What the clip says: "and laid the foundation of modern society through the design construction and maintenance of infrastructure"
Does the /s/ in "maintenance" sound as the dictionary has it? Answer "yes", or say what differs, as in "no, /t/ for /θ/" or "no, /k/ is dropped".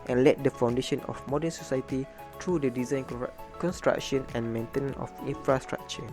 no, /s/ is dropped